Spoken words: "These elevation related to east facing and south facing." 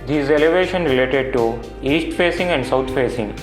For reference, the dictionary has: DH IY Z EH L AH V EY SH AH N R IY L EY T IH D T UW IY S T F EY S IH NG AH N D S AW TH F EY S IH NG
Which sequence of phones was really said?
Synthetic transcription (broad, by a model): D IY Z EH L AH V EY SH AH N R IY L EY T IH D T UW IY S T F EY S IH NG AH N D S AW T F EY S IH NG